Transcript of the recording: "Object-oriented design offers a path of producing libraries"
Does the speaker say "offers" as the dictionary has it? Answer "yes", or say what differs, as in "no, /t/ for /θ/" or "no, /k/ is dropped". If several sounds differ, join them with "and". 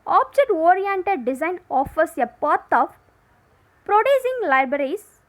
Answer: no, /s/ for /z/